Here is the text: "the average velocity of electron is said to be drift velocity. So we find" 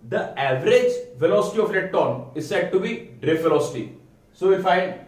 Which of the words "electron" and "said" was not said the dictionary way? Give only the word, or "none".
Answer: electron